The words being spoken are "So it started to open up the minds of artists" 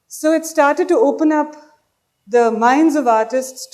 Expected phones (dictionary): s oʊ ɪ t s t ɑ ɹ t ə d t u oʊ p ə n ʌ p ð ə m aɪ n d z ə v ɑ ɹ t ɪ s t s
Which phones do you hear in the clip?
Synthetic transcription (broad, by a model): s oʊ ɪ t s t ɑ ɹ t ə d t u oʊ p ə n ʌ p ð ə m aɪ n d z ə v ɑ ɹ t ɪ s t s